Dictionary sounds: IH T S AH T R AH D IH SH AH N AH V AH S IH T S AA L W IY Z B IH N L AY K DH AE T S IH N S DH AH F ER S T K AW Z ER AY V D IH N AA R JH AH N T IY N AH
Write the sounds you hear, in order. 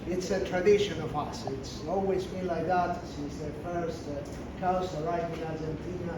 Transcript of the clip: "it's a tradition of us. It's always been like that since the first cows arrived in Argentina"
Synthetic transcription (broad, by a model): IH T S AH T R AH D IH SH AH N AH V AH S IH T S AA L W IY Z B IH N L AY K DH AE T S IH S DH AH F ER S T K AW S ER AY D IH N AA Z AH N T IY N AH